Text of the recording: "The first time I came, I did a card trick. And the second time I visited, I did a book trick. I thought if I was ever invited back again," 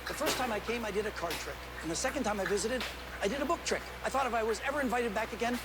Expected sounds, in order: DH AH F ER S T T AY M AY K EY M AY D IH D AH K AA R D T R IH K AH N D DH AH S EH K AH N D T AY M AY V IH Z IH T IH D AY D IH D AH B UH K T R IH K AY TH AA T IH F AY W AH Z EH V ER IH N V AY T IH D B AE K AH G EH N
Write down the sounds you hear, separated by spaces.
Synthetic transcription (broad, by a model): DH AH F ER S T T AY M AY K EY M AY D IH D AH K AA R D T R IH K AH N DH AH S EH K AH N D T AY M AY V IH Z IH T IH D AY D IH D AH B UH K T R IH K AY TH AA T IH F AY W AH Z EH V ER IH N V AY T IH D B AE K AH G EH N